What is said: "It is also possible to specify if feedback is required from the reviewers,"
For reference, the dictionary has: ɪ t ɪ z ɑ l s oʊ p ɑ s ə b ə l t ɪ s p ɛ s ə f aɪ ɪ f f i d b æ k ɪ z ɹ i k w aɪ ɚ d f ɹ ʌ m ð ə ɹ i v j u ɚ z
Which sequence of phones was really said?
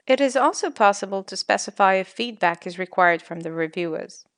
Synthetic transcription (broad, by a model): ɪ t ɪ z ɑ l s oʊ p ɑ s ə b ə l t ɪ s p ɛ s ə f aɪ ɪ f f i d b æ k ɪ z ɹ i k w aɪ ɚ d f ɹ ʌ m ð ə ɹ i v j u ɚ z